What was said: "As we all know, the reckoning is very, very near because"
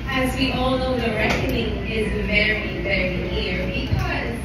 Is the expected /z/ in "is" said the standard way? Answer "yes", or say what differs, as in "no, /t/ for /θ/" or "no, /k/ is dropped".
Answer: yes